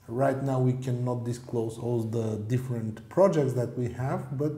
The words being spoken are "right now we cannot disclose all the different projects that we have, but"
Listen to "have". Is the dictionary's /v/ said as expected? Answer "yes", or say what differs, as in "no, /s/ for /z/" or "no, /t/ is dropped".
yes